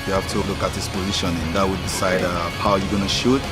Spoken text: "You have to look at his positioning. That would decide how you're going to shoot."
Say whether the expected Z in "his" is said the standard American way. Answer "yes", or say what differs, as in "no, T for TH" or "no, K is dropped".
no, S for Z